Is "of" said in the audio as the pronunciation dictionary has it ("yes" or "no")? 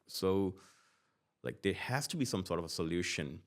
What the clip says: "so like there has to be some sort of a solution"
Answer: yes